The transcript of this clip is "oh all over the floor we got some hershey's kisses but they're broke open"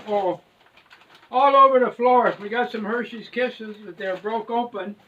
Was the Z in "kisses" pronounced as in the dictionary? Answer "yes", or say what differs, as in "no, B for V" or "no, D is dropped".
yes